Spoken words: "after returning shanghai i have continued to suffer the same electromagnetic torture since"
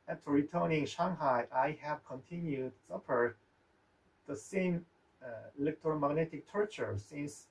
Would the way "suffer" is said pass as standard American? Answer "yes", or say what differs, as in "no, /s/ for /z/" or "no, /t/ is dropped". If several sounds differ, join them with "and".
no, /p/ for /f/